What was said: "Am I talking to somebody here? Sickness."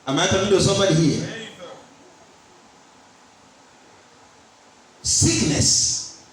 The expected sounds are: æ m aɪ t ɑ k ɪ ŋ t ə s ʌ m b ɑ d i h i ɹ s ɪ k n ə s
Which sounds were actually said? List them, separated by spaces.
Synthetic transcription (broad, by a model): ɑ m aɪ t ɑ ɪ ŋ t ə s ʌ m b ɑ d i h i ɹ s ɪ k n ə s